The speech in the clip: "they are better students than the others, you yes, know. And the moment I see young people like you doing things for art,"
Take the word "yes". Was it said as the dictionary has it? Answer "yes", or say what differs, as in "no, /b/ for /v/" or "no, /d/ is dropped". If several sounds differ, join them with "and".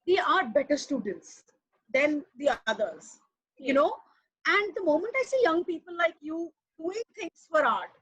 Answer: no, /s/ is dropped